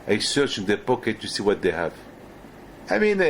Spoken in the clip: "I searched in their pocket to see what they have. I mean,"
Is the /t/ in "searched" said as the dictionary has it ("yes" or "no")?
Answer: no